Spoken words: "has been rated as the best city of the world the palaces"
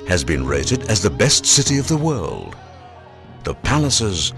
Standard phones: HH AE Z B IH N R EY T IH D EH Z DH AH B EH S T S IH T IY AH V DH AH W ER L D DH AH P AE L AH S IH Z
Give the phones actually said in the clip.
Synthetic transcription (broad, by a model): HH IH Z B IH N R EY T IH D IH Z DH AH B EH S T S IH T IY AH V DH AH W ER L D DH AH P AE L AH S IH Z